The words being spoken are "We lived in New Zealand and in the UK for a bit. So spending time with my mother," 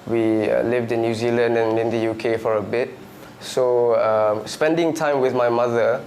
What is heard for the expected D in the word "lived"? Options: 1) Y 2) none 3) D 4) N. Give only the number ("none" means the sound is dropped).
3